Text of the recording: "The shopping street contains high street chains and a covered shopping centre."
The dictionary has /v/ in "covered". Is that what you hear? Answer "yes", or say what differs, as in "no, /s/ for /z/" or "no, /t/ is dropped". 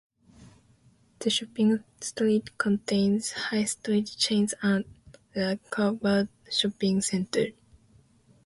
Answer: no, /b/ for /v/